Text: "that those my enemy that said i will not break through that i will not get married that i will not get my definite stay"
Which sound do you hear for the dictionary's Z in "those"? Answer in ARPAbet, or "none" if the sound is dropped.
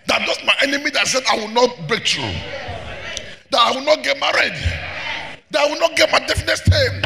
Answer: S